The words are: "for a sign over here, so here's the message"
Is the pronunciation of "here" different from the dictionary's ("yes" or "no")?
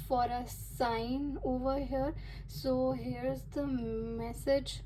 no